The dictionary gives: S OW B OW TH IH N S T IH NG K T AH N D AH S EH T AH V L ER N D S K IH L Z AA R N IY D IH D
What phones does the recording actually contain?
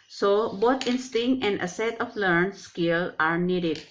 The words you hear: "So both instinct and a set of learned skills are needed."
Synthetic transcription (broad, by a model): S OW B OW T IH N S T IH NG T AH N D AH S EH T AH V L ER N S K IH L AA R N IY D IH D